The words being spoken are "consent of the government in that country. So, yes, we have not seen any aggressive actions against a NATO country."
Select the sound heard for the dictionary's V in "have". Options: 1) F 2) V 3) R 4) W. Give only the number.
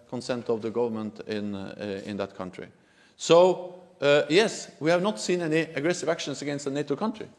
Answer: 2